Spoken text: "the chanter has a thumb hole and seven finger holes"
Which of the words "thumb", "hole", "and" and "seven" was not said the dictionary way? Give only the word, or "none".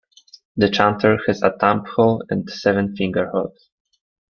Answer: thumb